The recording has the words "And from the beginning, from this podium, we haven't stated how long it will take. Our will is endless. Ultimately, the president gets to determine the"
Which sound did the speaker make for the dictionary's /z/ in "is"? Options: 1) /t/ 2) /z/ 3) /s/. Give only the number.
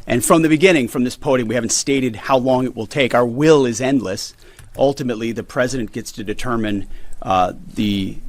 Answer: 2